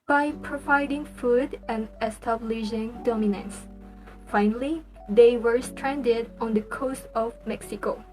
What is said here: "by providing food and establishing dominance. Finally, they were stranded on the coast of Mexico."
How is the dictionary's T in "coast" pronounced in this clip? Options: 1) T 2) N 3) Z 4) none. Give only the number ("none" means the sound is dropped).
1